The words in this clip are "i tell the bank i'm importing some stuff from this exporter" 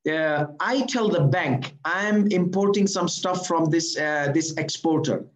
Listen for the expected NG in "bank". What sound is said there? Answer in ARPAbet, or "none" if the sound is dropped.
NG